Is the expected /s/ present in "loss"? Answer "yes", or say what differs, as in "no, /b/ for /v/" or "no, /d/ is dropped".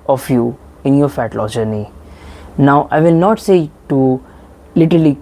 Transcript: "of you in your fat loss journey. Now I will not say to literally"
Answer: no, /s/ is dropped